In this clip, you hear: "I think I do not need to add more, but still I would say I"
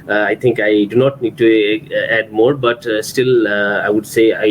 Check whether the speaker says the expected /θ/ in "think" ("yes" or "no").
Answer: no